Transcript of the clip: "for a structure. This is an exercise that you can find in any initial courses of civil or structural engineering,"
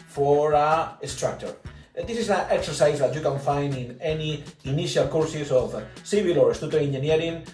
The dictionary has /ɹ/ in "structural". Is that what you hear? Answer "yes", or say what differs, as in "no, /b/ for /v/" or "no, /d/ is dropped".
no, /ɹ/ is dropped